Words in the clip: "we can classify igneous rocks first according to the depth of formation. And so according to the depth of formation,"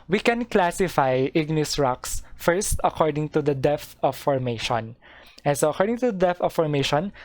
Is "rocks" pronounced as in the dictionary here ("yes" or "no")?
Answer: yes